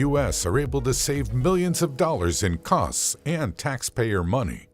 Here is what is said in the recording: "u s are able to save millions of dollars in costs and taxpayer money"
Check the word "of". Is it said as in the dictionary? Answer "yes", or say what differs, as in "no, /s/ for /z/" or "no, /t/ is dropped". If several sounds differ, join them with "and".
yes